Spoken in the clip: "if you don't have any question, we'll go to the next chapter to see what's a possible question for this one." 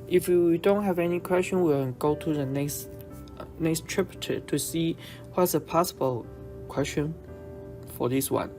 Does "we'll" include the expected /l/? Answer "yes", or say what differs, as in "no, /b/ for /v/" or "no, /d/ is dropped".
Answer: no, /n/ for /l/